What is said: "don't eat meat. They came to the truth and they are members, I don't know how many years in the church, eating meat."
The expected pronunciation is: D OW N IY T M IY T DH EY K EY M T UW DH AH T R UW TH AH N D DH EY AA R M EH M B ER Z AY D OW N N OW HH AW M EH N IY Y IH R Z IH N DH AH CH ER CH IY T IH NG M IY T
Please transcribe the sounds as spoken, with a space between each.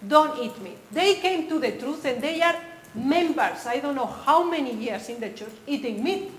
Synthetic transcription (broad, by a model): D OW N IY T M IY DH EY K EY M T UW DH AH T R UW TH AH N D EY AA R M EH M B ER S AY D OW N N OW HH AW M EH N IY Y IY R S IH N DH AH CH ER CH IY T IH NG M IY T